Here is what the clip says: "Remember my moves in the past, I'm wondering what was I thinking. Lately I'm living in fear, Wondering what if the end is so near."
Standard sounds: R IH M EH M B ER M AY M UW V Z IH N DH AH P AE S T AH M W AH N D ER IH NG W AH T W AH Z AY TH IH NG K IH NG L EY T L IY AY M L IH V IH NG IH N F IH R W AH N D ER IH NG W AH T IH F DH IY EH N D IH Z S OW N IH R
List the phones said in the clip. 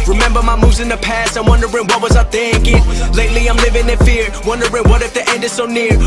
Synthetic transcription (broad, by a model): R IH M EH M B ER M AY M UW V Z IH N DH AH P AE S T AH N W AH N D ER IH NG W AH T W AH Z AY TH IH NG K IH NG L EY T L IY AY M L IH V IH NG IH N F IH R W AH N D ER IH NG W AH T IH F DH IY EH N D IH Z S OW N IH R